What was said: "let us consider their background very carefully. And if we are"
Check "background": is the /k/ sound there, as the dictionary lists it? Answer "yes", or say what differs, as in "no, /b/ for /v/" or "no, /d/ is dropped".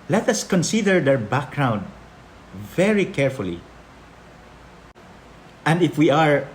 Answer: yes